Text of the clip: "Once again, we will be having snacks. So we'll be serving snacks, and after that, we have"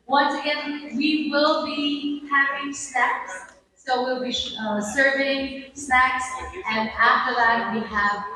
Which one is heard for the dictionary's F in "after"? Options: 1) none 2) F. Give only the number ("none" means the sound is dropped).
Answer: 2